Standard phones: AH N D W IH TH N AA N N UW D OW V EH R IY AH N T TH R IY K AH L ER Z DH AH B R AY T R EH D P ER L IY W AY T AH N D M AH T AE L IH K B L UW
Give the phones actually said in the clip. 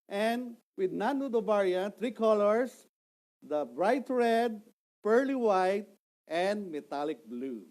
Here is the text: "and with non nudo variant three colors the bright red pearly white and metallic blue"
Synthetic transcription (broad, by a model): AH N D W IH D N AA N N UW D OW B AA R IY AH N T R IY K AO L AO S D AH B R AY T R EH D P ER L IY W AY T AH N D M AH T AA L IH K B L UW